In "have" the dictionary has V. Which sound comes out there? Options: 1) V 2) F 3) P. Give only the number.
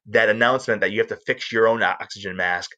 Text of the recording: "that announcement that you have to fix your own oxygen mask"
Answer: 2